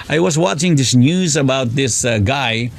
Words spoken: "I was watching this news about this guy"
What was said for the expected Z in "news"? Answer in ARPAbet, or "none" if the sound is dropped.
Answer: Z